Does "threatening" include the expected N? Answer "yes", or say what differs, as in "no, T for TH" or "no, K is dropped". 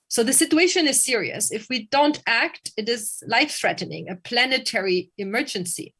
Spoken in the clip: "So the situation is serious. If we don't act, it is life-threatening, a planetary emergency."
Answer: yes